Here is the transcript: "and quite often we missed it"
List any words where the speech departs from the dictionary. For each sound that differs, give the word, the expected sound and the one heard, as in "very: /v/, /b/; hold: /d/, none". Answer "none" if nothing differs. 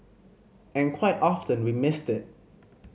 none